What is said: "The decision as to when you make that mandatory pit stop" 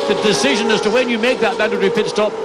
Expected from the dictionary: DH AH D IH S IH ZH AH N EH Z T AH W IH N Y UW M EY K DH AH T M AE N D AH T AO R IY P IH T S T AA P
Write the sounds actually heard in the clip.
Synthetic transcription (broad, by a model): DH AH D IH S IH ZH AH N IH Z T AH W IH N Y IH M EY K DH AH T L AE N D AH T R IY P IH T S T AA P